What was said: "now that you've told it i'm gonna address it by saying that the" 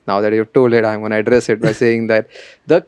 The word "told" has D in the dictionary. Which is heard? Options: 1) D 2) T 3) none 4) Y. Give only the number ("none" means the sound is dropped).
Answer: 3